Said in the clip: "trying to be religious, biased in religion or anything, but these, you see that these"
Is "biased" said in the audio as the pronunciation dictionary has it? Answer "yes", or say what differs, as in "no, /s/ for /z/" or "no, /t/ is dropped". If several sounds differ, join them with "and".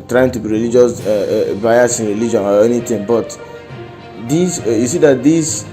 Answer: no, /t/ is dropped